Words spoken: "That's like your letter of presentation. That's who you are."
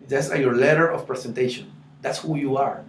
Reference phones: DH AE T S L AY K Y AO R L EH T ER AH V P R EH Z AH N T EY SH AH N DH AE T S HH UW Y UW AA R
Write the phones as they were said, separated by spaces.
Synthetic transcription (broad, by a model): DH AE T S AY Y AO R L EH T ER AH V P R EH S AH N T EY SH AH N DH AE T S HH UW Y UW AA R